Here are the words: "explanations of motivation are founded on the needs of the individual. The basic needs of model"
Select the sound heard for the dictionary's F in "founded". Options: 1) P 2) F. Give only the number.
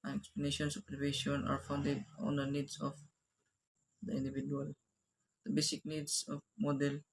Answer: 2